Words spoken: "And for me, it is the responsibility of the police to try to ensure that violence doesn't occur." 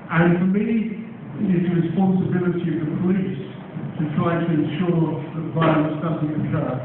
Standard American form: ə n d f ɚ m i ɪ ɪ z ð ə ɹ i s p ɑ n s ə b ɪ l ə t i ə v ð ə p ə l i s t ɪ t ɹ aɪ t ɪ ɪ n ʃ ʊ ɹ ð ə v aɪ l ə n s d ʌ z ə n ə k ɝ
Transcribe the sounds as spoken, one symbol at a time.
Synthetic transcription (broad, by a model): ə n f ɚ m i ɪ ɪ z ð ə ɹ i s p ɑ n s ə b ɪ l ə t i ə v ð ə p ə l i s t ɪ t ɹ aɪ t ɪ ɪ n ʃ ʊ ɹ ð ə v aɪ ə s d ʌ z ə ə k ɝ